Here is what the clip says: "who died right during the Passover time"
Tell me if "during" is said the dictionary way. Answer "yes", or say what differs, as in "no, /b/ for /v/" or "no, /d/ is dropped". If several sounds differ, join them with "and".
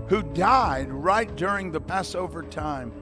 yes